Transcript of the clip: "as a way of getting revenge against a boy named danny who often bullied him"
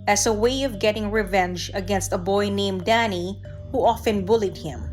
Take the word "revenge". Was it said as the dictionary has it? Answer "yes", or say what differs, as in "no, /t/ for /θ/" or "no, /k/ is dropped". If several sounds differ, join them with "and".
yes